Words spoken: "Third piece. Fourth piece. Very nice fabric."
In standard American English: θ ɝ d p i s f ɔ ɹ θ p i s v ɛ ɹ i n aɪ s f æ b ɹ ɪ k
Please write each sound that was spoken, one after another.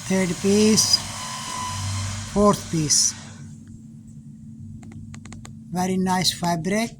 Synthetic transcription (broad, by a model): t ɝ d p i s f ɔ ɹ t p i s v ɛ ɹ i n aɪ s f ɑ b ɹ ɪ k